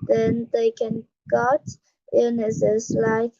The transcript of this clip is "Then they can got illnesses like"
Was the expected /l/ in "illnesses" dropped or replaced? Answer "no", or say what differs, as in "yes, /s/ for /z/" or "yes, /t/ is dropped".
yes, /l/ is dropped